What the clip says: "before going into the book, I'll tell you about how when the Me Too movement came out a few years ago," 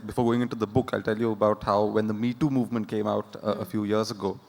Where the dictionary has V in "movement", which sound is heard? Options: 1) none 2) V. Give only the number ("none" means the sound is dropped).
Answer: 2